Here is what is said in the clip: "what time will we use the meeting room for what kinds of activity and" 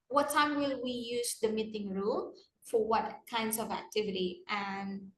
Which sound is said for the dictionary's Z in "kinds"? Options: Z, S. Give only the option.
S